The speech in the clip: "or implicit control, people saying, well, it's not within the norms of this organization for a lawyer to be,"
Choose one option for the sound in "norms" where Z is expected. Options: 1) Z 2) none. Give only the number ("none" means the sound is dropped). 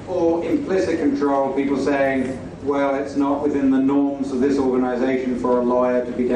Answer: 1